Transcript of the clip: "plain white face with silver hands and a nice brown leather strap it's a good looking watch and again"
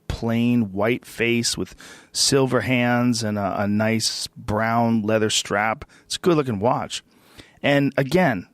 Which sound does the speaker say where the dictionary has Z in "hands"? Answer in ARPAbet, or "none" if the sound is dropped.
Z